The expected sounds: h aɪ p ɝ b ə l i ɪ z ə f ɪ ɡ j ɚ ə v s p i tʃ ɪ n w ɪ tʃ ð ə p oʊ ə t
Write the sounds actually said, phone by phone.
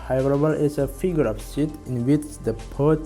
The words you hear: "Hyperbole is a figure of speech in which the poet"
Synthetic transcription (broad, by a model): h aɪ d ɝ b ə l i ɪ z ə f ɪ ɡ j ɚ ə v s i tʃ ɪ n w ɪ tʃ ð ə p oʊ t